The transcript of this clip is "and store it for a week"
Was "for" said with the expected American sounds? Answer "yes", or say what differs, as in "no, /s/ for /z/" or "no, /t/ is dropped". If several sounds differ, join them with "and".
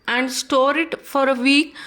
yes